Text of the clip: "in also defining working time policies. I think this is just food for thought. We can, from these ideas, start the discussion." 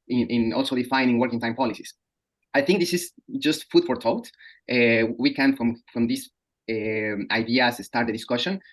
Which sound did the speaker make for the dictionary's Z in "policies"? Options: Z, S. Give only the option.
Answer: S